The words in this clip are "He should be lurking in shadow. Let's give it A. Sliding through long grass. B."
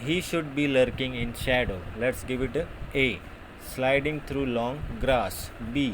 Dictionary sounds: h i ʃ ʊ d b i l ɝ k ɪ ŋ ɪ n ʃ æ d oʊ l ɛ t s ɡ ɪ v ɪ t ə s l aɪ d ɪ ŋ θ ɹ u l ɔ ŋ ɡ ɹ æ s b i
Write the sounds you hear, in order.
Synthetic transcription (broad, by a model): h i ʃ ʊ d b i l ɝ k ɪ ŋ ɪ n ʃ æ d oʊ l ɛ t s ɡ ɪ v ɪ t ə s l aɪ d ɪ ŋ t ɹ u l ɔ ŋ ɡ ɹ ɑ s b i